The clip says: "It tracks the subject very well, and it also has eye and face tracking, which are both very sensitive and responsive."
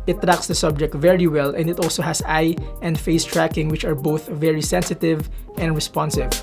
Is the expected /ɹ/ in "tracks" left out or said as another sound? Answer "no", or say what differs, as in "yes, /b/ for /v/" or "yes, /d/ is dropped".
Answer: no